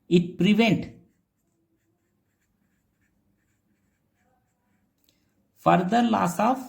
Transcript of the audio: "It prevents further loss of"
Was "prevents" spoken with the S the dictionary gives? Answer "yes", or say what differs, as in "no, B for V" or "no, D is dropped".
no, S is dropped